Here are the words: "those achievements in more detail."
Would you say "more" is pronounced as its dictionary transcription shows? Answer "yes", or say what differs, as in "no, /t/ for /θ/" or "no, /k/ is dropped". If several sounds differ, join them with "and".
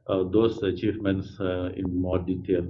yes